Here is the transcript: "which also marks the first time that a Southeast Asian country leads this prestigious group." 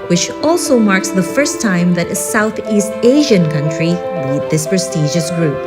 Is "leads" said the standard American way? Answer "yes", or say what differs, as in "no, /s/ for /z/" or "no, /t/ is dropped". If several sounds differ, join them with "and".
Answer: no, /w/ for /l/